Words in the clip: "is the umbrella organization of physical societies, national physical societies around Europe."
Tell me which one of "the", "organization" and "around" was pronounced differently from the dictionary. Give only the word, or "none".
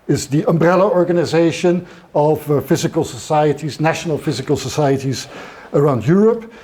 none